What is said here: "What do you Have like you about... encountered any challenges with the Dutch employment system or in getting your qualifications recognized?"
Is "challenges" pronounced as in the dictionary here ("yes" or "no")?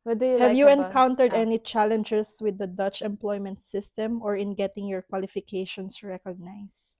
no